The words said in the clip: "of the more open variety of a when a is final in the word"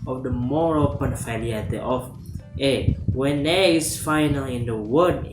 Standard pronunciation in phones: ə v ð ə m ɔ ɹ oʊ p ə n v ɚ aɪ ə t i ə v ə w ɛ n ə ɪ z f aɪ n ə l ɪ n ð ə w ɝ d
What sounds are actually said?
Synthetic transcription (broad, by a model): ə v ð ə m ɔ ɹ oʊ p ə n f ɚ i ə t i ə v ə w ɛ n ə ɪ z f aɪ n ə l ɪ n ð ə w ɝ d